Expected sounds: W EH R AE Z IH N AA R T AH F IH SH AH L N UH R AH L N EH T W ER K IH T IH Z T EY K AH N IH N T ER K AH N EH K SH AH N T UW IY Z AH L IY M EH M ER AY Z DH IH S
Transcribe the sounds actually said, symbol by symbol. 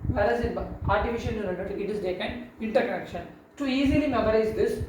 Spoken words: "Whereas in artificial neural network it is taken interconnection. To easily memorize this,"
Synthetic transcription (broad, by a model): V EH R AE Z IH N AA R T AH F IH SH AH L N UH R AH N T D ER IH T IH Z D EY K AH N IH N T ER K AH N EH K SH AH N T UW IY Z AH L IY M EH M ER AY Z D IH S